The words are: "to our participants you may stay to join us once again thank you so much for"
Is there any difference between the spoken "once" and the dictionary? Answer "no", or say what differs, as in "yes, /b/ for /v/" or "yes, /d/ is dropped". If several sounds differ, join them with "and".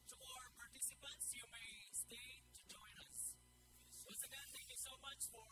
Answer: yes, /n/ is dropped